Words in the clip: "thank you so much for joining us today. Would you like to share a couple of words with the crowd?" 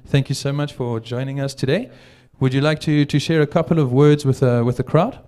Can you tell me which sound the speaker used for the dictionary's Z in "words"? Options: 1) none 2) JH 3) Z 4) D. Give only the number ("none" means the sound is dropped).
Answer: 3